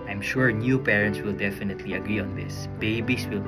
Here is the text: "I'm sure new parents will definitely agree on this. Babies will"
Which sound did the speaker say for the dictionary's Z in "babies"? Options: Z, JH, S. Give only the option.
S